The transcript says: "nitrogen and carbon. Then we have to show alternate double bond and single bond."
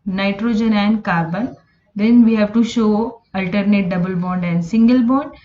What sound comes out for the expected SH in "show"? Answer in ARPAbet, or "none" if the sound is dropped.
SH